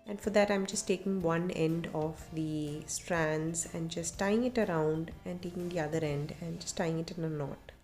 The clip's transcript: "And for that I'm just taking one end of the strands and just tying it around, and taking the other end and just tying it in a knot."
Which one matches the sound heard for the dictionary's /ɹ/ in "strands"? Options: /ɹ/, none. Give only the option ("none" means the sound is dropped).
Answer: /ɹ/